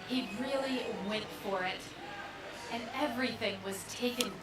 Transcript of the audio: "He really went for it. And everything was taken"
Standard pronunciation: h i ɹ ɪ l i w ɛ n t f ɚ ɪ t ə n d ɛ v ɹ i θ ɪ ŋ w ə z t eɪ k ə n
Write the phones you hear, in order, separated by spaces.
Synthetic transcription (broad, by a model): h i ɹ ɪ l i w ɛ n t f ɚ ɪ t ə n ɛ v ɹ i θ ɪ ŋ w ə z t eɪ k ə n